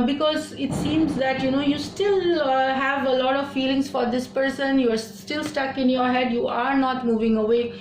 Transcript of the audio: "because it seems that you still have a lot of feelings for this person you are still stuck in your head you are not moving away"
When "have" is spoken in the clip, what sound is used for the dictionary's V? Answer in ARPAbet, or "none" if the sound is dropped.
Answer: V